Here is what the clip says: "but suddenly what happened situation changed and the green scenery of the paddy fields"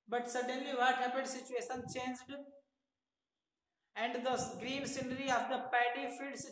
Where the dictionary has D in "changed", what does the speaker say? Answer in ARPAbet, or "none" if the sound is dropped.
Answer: D